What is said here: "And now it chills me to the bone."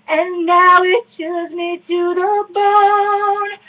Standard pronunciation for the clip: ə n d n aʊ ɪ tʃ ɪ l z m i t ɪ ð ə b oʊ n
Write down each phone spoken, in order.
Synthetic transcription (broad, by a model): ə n n aʊ ɪ tʃ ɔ z m i t ɪ ð ə b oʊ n